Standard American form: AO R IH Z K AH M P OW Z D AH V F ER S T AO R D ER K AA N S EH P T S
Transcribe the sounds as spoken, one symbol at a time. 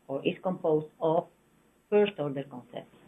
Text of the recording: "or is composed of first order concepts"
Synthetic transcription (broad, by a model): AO R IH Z K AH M P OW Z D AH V F ER S T AO R D ER K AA N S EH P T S